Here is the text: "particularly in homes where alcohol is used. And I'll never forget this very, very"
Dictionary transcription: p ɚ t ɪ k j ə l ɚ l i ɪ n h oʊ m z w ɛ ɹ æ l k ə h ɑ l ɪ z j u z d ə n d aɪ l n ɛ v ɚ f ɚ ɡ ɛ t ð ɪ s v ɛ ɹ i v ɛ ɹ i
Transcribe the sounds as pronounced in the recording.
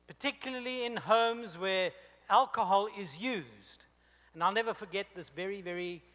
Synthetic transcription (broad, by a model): p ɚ t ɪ k j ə l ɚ l i ɪ n h oʊ m z w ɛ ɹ æ l k ə h ɑ l ɪ z j u z d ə n aɪ l n ɛ v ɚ f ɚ ɡ ɛ t ð ɪ s v ɛ ɹ i v ɛ ɹ i